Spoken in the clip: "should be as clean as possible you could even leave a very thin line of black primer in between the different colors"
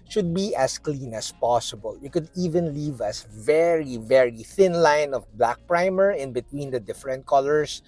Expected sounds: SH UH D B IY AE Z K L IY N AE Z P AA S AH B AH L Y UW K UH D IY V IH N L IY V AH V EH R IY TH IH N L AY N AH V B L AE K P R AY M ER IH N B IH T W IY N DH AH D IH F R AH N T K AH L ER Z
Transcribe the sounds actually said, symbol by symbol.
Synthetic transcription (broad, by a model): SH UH D B IY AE S K L IY N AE S P AA S AH B AH L Y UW K UH D IY V IH N L IY V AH V EH R IY TH IH N L AY N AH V B L AE K P R AY M ER IH N B IH T W IY N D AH D IH F R AH N T K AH L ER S